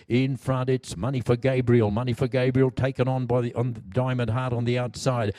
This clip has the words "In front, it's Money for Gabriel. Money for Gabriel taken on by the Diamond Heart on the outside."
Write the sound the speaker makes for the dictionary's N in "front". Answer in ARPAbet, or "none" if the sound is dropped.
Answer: none